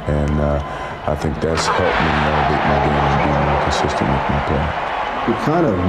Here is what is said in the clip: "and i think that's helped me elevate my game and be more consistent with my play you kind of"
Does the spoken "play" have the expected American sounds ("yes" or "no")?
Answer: no